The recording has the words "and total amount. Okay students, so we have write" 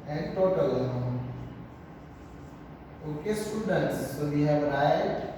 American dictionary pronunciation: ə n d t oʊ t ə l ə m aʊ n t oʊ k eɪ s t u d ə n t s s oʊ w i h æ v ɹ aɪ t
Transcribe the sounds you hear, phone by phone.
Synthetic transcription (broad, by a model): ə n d t oʊ t ə l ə aʊ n oʊ k eɪ s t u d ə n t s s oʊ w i h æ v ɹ aɪ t